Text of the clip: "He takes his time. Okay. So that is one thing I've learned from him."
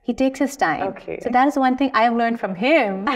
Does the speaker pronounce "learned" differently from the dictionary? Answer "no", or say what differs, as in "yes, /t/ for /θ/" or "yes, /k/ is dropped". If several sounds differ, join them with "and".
no